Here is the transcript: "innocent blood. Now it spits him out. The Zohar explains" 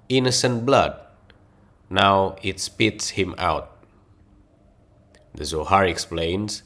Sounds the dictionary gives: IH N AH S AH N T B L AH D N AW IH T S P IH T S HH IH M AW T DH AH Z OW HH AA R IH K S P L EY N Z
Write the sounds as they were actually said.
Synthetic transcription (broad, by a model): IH N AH S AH N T B L AH D N AW IH T S P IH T S HH IH M AW T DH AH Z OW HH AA R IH K S P L EY N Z